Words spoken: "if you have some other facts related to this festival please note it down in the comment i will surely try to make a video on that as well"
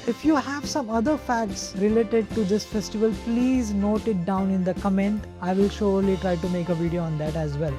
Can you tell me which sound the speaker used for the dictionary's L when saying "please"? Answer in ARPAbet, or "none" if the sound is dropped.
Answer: L